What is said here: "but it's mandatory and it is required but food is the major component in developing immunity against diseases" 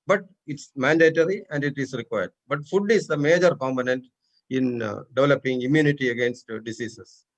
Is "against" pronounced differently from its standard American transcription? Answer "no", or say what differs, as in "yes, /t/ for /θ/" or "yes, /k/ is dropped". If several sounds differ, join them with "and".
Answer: no